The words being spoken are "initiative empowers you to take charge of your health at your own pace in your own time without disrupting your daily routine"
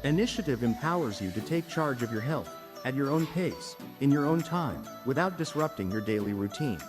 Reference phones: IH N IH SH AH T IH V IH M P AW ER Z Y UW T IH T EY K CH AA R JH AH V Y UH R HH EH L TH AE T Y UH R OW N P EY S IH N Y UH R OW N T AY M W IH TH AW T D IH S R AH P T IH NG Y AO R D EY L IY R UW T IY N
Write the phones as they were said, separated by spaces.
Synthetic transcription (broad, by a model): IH N IH SH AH T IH V IH M P AW ER Z Y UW T IH T EY K CH AA R JH AH V Y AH R HH EH L TH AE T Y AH R OW N P EY S IH N Y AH R OW N T AY M W IH TH AW T D IH S R AH P T IH NG Y AO R D EY L IY R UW T IY N